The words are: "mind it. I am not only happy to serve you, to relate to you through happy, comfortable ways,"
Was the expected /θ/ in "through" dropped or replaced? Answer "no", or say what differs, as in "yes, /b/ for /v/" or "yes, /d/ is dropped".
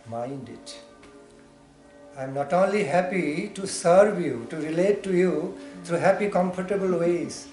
yes, /t/ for /θ/